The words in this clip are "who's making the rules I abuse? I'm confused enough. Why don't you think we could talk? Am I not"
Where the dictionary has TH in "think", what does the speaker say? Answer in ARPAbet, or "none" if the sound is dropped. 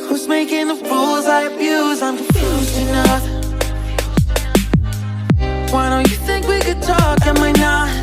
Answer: TH